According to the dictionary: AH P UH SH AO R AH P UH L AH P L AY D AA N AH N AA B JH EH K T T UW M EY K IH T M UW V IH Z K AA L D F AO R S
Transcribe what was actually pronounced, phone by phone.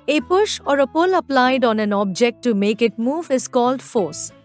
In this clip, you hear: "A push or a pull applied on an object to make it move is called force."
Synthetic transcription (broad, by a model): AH P UH SH AO R AH P UH L AH P L AY D AA N AH N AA B JH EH K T T UW M EY K IH T M UW V IH Z K AA L D F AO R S